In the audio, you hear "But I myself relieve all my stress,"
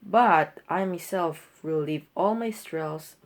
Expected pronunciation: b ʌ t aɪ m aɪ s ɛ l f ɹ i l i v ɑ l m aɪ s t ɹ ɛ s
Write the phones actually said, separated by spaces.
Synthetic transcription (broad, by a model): b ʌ t aɪ m aɪ s ɛ l f w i l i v ɑ l m aɪ s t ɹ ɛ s